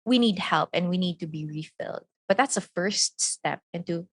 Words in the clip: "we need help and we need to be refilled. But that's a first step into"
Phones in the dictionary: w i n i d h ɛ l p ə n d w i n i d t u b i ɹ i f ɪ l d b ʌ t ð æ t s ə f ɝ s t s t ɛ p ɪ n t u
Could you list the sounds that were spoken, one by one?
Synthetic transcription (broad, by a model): w i n i d h ɛ l p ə n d w i n i d t u b i ɹ i f ɪ l d b ʌ t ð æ t s ə f ɝ s t s t ɛ p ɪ n t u